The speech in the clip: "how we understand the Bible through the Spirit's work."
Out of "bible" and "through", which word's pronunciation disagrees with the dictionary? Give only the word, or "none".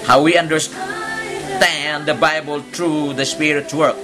through